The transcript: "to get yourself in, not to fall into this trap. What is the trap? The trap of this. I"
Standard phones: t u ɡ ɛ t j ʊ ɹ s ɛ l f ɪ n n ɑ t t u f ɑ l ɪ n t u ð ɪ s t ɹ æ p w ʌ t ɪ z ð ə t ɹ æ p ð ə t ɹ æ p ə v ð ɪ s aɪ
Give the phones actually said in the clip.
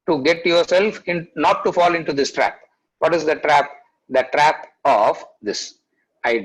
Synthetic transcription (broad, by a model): t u ɡ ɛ t j ʊ ɹ s ɛ l f ɪ n n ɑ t t u f ɑ l ɪ n t u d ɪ s t ɹ æ p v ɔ t ɪ z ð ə t ɹ æ p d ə t ɹ æ p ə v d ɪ s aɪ